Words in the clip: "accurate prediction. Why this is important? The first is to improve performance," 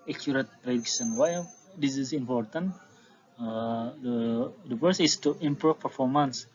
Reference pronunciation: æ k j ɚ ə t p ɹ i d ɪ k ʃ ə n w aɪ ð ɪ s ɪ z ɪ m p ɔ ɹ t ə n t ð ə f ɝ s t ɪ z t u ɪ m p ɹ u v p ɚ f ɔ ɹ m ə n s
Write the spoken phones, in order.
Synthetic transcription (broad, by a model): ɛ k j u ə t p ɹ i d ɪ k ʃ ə n w aɪ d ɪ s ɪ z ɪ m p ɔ ɹ t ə n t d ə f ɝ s ɪ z t u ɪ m p ɹ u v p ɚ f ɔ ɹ m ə n s